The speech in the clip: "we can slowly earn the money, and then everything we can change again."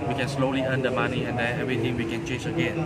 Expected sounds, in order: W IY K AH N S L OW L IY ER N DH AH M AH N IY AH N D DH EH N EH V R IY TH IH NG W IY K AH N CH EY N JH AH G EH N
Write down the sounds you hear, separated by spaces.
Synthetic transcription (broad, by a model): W IY K AH N S L OW L IY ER N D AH M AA N IY AH N D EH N EH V R IY T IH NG W IY K AH N CH EY N JH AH G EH N